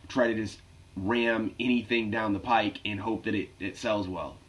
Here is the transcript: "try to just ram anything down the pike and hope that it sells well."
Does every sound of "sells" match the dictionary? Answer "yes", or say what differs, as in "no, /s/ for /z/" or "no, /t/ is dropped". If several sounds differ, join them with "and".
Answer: yes